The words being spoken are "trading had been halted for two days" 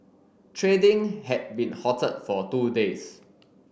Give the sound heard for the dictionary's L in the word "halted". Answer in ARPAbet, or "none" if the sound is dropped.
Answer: none